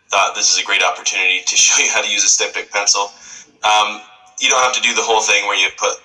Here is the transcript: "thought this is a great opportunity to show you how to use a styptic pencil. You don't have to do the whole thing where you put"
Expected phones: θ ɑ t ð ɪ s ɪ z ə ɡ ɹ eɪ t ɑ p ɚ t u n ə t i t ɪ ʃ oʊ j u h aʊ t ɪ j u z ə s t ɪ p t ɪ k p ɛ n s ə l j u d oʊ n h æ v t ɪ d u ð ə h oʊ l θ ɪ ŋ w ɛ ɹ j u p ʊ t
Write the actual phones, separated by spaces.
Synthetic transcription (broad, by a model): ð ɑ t ð ɪ s ɪ z ə ɡ ɹ eɪ t ɑ p ɚ t u n ə t i t ɪ ʃ oʊ j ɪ h aʊ t ɪ j u z ə s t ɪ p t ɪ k p ɛ n s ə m j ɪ d oʊ n h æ f t ɪ d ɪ ð ə h oʊ l θ ɪ ŋ w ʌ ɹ j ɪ p ʊ t